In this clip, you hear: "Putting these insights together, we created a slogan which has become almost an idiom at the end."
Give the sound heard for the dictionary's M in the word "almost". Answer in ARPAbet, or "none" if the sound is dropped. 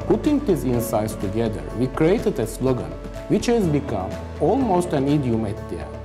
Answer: M